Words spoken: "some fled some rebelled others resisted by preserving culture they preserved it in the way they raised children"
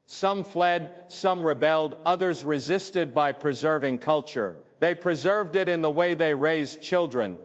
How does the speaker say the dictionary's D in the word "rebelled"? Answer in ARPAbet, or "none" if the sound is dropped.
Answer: D